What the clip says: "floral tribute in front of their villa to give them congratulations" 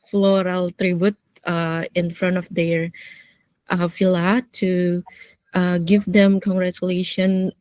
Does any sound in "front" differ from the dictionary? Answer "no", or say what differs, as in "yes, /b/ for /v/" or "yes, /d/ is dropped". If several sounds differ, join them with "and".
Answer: no